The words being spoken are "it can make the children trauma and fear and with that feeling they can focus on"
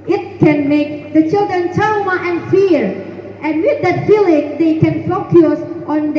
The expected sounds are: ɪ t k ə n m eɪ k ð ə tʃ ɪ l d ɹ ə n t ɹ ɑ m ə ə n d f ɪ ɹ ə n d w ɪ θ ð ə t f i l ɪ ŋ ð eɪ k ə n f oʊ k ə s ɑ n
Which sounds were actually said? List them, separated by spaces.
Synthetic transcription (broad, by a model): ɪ t k ə n m eɪ k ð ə tʃ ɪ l d ɹ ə n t ɑ m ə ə n f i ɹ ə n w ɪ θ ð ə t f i l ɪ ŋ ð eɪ k ə n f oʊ k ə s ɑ n